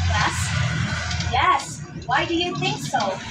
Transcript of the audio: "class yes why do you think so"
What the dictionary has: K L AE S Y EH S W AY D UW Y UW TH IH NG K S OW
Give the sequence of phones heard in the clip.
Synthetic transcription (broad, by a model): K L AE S Y EH S W AY D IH Y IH TH IH NG K S OW